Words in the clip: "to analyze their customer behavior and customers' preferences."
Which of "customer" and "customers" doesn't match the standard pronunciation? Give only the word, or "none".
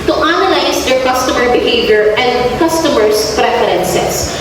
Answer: customers